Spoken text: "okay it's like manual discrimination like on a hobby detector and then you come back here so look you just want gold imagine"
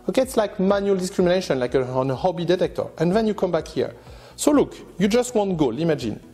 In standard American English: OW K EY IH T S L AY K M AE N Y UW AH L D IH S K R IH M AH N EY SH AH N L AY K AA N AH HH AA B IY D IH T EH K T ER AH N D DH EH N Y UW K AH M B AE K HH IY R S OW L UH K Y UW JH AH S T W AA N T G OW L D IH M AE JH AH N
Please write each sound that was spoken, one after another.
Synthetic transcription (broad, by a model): OW K EY IH T S L AY K M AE N Y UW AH L D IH S K R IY M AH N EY SH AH N L AY K AA N AH HH AA B IY D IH T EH K T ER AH N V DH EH N Y UW K AH M B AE K HH IY R S OW L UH K Y UW JH AH S T W AA N T G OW L IH M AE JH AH N